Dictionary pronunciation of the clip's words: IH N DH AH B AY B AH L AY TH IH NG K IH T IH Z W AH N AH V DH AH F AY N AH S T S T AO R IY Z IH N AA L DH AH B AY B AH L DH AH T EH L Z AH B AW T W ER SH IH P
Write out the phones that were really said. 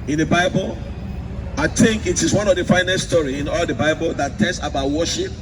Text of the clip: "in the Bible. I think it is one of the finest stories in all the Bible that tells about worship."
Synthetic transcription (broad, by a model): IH N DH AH B AY B AH L AY TH IH NG K IH T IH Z W AH N AH V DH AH F AY N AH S S T AO R IY IH N AA L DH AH B AY B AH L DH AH T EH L S AH B AW T W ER SH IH P